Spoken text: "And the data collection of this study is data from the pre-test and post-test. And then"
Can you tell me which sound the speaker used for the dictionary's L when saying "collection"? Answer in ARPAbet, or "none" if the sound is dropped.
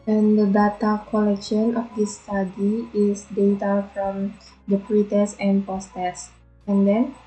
L